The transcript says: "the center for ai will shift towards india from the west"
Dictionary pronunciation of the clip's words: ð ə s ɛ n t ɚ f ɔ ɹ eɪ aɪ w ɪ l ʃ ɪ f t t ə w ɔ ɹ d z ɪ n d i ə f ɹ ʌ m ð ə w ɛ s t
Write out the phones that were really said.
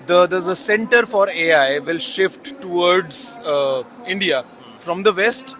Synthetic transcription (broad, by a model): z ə s ɛ n t ɚ f ɔ ɹ eɪ aɪ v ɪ l ʃ ɪ f t t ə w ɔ ɹ d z ɪ n d i ə f ɹ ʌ m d ə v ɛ s t